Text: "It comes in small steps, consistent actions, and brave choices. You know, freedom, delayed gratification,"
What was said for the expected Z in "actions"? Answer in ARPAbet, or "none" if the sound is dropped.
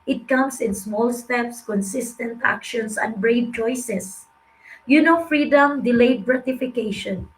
S